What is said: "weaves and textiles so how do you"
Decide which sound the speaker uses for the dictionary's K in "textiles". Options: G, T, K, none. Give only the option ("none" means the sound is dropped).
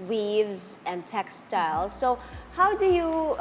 K